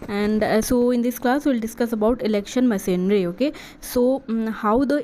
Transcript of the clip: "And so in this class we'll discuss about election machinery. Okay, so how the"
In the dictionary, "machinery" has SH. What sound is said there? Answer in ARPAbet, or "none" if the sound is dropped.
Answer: S